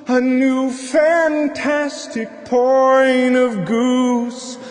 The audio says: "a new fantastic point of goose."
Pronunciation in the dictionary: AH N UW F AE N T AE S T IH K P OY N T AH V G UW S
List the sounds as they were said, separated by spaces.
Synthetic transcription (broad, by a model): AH N UW F AE N T AE S T IH K P OY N AH V G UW S